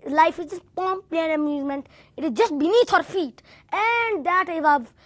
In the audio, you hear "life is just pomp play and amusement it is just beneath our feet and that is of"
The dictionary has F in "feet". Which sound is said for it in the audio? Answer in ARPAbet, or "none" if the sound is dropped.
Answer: F